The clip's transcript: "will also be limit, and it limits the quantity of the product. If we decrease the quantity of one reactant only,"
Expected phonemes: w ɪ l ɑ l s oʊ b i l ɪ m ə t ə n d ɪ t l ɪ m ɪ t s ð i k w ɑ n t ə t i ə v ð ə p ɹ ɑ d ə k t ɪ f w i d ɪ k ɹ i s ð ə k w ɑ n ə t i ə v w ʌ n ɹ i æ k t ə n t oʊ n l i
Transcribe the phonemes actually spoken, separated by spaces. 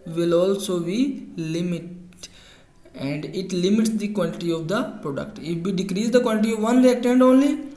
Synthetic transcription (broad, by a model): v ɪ l ɑ l s oʊ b i l ɪ m ə t ə n d ɪ t l ɪ m ɪ t s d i k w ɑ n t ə t i ə v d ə p ɹ ɑ d ə k t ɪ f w i d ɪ k ɹ i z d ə k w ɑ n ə t i ə v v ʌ n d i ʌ t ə n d oʊ n l i